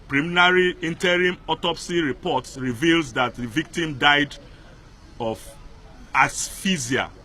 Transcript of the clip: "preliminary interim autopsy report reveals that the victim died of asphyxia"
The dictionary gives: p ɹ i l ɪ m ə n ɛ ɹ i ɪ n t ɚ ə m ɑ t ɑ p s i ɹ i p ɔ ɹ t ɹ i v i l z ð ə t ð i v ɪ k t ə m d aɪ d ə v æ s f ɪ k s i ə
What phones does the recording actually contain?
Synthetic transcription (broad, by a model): p ɹ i m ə n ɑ ɹ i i n t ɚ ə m ɑ t ɑ p s i ɹ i p ɔ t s ɹ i v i l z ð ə t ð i v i k t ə m d aɪ d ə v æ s f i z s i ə